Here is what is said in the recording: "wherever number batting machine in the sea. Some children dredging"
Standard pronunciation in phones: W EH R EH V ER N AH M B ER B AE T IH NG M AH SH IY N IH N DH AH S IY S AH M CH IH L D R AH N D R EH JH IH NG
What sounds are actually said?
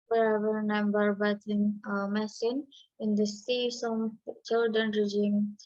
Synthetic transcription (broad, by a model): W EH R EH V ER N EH M B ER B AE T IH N M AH S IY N IH N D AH S IY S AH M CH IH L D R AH N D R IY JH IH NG